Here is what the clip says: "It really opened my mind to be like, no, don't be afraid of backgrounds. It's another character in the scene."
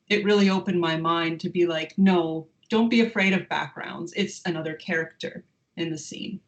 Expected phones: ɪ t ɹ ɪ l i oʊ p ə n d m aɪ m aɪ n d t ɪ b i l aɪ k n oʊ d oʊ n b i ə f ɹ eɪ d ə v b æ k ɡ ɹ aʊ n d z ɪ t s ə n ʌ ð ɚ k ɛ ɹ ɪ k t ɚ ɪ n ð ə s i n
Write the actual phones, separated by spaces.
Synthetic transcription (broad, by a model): ɪ t ɹ ɪ l i oʊ p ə n m aɪ m aɪ n t ɪ b i l aɪ k n oʊ d oʊ n b i ə f ɹ eɪ d ə v b æ k ɡ ɹ aʊ n d z ɪ t s ə n ʌ ð ɚ k ɛ ɹ ɪ k t ɚ ɪ n ð ə s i n